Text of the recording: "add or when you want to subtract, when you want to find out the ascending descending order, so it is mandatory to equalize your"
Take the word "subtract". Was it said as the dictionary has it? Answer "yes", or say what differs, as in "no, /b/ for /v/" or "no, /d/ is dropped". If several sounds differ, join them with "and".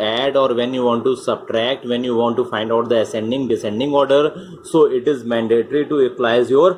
yes